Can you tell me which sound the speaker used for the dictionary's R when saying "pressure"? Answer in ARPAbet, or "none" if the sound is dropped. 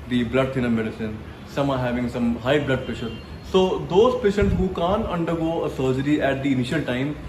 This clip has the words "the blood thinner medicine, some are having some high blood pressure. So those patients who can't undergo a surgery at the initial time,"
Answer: none